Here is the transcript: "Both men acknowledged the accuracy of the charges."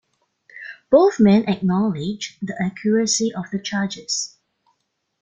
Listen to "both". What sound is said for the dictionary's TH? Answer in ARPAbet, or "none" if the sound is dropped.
TH